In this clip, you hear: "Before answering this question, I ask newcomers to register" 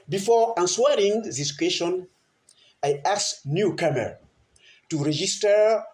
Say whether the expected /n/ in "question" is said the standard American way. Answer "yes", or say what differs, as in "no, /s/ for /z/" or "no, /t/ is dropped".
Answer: yes